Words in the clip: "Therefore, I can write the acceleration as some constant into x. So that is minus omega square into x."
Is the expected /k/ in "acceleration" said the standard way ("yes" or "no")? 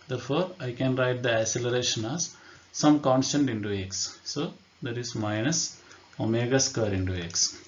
no